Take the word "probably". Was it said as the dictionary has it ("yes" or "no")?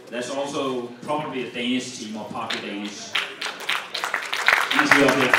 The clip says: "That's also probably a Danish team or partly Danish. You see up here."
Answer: yes